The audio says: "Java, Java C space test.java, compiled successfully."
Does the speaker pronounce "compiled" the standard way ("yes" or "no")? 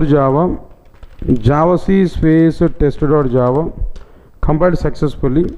no